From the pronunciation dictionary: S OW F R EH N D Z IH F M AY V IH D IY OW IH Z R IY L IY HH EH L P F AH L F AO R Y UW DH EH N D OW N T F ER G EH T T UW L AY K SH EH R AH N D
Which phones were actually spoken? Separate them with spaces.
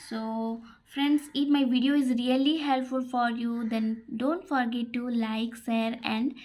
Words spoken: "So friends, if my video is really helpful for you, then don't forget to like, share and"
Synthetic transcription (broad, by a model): S OW F R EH N D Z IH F M AY V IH D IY OW IH Z R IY L IY HH EH L P F AH L F AO R Y UW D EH N D OW N T F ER G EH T T UW L AY K S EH R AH N D